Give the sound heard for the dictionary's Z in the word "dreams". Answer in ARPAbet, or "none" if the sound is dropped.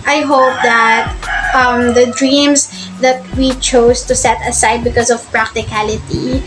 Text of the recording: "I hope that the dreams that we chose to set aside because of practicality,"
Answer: S